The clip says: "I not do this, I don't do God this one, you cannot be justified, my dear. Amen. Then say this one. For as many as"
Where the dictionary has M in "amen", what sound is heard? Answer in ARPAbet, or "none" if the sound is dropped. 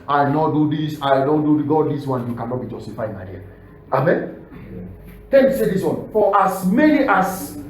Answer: M